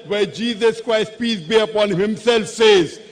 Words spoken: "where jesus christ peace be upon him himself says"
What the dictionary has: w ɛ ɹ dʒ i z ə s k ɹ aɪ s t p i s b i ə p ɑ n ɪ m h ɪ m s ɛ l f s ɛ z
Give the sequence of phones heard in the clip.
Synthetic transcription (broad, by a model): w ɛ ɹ dʒ i z ə s k ɹ aɪ s t p i s b i ə p ɑ n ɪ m h ɪ m s ɛ l f s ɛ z